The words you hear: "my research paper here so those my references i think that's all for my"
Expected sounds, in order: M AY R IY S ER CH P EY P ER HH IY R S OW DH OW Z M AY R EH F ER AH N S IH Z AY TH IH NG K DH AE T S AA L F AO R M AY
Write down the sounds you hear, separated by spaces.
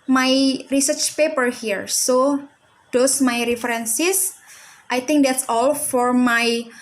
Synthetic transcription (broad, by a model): M AY R IY S ER CH P EY P ER HH IY R S OW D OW S M AY R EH F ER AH N S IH S AY T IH NG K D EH T S AA L F AO R M AY